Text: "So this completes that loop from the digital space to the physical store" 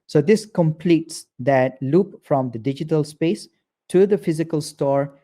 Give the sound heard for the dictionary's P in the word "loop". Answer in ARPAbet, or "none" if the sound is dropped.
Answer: P